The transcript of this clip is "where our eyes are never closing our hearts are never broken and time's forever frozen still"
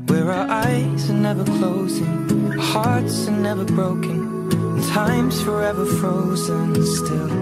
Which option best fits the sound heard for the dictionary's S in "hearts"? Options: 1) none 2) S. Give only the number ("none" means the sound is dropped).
2